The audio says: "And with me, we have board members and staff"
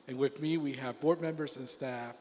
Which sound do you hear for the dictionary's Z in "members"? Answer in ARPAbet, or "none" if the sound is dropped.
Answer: Z